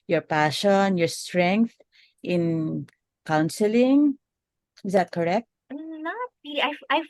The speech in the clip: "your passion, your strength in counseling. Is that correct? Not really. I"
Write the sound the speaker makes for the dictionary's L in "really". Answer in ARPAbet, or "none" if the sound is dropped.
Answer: none